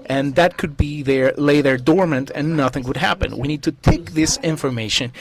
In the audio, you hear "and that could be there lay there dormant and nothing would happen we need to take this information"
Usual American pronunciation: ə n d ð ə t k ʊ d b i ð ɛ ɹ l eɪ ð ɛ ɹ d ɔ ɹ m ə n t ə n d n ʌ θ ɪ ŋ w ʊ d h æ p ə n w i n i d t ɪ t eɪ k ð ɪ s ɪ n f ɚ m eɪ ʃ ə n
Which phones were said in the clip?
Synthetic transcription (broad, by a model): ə n ð ə t k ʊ d b i ð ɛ ɹ l eɪ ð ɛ ɹ d ɔ ɹ m ə n t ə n n ʌ θ ɪ ŋ w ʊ d h æ p ə n w i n i d t ɪ t eɪ k ð ɪ s ɪ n f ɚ m eɪ ʃ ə n